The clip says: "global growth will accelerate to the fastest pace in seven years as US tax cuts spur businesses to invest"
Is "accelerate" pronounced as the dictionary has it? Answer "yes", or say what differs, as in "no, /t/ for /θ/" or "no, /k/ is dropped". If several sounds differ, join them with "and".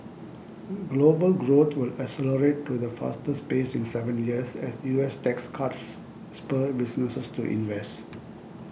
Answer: no, /k/ is dropped